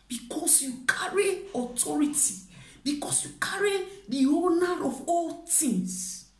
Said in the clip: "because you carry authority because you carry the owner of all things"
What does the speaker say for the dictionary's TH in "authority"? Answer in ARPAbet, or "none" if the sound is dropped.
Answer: T